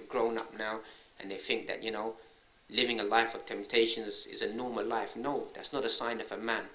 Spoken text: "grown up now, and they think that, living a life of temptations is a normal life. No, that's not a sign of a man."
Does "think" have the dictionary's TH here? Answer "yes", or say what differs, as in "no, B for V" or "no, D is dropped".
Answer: yes